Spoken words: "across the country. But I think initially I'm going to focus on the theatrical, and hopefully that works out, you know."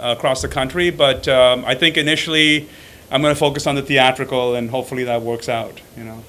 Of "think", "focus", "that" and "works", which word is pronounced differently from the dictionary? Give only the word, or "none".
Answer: none